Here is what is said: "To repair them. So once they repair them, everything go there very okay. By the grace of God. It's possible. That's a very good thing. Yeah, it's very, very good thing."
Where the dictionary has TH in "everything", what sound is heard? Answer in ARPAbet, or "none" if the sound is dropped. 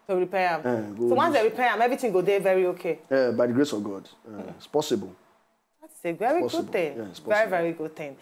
T